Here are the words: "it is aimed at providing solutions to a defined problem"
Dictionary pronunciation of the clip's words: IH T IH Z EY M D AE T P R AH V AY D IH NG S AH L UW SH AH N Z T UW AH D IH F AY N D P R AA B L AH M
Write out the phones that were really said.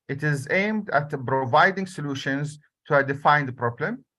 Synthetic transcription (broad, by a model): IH T IH Z EY M D AE T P R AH V AY D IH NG S AH L UW SH AH N Z T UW AH D IH F AY N D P R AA B L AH M